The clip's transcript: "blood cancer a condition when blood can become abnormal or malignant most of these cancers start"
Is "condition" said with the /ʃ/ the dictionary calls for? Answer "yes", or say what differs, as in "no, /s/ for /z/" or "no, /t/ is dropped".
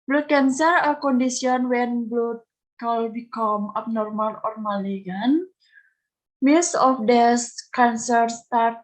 no, /s/ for /ʃ/